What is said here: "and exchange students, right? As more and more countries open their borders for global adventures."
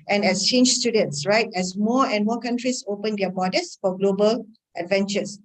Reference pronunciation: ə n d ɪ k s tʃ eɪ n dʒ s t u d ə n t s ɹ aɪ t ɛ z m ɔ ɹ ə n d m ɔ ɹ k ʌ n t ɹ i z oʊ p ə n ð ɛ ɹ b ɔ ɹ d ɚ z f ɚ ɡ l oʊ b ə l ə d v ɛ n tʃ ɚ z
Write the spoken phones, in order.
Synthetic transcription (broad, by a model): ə n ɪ s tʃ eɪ n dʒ s t u d ə n t s ɹ aɪ t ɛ s m ɔ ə n m ɔ k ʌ n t ɹ i s oʊ p ə n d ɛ b ɔ d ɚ s f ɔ ɡ l oʊ b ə l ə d v ɛ n tʃ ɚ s